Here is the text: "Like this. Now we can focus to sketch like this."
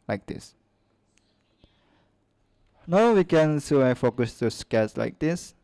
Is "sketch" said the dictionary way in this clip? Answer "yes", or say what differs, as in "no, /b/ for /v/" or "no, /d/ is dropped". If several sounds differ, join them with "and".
no, /s/ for /tʃ/